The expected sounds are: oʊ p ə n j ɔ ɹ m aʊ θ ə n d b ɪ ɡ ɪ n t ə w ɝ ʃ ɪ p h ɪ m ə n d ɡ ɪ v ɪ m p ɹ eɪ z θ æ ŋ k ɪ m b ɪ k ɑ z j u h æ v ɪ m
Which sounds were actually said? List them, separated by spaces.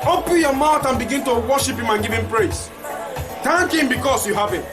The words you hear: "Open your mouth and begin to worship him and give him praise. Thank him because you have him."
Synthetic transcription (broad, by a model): oʊ p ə n j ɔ m aʊ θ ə n b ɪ ɡ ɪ n t ə w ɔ ʃ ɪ p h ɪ m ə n ɡ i v ɪ m p ɹ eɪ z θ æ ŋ k ɪ m b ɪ k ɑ s j u h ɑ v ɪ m